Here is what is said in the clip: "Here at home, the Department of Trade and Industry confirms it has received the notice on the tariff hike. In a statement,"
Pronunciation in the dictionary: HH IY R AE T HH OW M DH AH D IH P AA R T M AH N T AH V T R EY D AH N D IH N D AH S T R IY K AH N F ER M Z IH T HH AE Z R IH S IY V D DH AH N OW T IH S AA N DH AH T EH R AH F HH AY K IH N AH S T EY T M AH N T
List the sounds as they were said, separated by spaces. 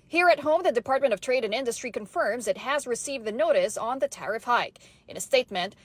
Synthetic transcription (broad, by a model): HH IY R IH T HH OW M DH AH D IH P AA R T M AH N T AH V T R EY D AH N IH N D AH S T R IY K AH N F ER M Z IH T HH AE Z R IH S IY V D DH AH N OW T IH S N DH AH T EH R AH F HH AY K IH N AH S T EY T M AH N T